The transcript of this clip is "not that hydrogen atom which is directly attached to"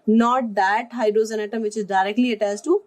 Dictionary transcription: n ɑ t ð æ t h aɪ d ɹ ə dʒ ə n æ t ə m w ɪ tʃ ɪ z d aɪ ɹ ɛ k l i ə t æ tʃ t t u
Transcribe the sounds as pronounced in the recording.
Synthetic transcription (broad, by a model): n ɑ t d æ t h aɪ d ɹ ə z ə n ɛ t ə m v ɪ tʃ ɪ z d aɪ ɹ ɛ k l i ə t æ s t t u